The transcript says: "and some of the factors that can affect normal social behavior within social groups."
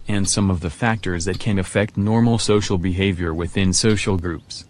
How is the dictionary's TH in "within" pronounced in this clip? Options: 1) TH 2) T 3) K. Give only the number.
1